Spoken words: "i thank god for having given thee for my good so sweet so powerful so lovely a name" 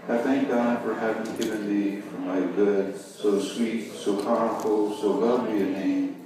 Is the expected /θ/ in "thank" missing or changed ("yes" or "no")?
no